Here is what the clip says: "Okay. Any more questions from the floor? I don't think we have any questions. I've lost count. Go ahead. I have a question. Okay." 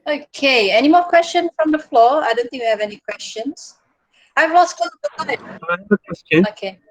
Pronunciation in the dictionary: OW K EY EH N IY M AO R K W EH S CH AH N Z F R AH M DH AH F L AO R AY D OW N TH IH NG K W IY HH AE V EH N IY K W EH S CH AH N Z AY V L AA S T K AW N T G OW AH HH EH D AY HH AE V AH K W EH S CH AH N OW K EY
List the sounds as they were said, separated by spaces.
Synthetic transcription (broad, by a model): OW K EY EH N IY M AO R K W EH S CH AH N S F R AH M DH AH F L AO AY D OW N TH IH NG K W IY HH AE V EH N IY K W EH S CH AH N S AY V L AA S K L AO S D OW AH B AY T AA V AH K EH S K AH OW K EY